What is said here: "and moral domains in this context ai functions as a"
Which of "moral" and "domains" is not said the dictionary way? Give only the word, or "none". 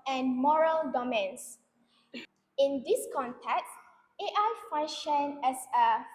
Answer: domains